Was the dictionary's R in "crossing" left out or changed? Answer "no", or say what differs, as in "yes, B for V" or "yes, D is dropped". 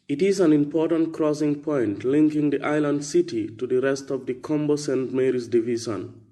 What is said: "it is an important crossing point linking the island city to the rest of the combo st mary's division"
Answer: no